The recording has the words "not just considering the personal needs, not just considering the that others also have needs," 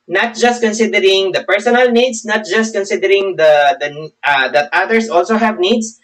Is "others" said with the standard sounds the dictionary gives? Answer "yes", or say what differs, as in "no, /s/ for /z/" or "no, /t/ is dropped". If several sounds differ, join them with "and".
no, /s/ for /z/